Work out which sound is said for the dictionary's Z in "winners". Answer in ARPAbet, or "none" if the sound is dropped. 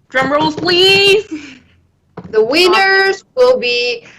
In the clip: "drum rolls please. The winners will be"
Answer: Z